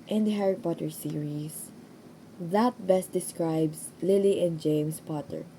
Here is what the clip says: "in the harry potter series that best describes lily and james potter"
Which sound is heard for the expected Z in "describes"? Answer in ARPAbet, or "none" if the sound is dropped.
S